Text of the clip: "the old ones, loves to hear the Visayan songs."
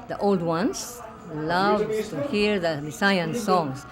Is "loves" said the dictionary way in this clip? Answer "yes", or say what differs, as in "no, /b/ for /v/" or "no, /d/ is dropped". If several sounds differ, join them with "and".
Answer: no, /z/ is dropped